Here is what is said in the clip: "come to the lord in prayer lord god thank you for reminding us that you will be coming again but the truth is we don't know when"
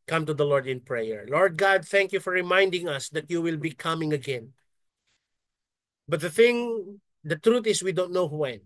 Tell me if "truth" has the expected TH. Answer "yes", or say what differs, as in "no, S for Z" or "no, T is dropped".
no, T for TH